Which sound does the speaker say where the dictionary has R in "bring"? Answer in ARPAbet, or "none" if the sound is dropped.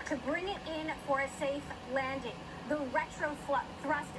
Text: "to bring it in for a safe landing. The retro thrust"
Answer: R